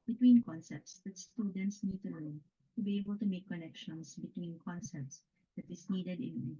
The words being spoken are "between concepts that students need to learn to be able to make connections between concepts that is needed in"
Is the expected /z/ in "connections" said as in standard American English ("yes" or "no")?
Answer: no